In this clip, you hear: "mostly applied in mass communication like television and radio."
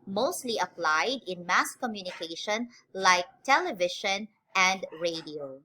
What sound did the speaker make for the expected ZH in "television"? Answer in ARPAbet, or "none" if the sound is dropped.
SH